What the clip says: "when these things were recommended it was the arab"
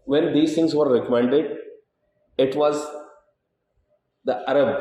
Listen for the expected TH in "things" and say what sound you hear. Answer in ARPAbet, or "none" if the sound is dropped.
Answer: T